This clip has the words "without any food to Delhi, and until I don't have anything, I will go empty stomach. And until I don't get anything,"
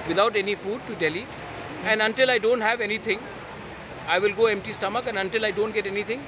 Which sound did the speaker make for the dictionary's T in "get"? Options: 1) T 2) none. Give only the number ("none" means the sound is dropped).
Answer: 1